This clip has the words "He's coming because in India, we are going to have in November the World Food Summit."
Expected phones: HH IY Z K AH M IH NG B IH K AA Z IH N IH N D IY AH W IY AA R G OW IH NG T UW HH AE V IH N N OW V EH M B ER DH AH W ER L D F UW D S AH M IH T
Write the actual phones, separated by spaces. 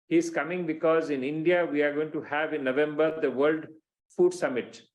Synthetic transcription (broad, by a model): HH IY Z K AH M IH NG B IH K AA Z IH N IH N D IY AH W IY AA R G OW IH NG T UW HH AE V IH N N OW V EH M B ER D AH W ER L D F UW D S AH M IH T